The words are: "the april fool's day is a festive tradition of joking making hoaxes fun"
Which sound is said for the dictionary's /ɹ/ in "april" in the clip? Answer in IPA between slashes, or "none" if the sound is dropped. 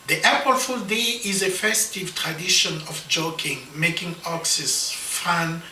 none